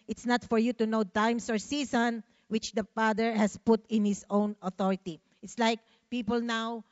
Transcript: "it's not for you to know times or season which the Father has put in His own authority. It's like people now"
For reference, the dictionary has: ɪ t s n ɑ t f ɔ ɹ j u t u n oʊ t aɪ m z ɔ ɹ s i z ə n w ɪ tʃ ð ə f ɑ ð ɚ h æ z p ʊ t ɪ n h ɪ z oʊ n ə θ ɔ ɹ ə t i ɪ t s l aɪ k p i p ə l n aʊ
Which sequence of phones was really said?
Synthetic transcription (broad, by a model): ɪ t s n ɑ t f ɔ ɹ j u t u n oʊ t aɪ m s ɔ ɹ s i s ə n w ɪ tʃ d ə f ɑ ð ɚ h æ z p ʊ t ɪ n h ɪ s oʊ n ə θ ɔ ɹ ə t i ɪ t s l aɪ k p i p ə l n aʊ